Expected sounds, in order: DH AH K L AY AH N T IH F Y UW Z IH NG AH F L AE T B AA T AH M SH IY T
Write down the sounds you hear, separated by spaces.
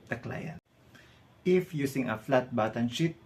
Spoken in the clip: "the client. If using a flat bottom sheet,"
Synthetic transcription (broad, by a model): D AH K L AY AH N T IH F Y UW S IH NG AH F L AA T B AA T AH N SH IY T